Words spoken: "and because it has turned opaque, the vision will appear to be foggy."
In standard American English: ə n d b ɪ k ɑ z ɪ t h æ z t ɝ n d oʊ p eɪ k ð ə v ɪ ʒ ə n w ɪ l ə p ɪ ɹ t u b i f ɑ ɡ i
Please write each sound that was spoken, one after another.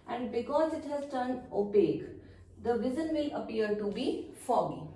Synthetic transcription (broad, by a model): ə n d b ɪ k ɑ z ɪ t h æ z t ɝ n oʊ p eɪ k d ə v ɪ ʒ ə n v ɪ l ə p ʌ ɹ t u b i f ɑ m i